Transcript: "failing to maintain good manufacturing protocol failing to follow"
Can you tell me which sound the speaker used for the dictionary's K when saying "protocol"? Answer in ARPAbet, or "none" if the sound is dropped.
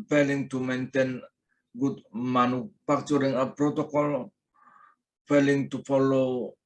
K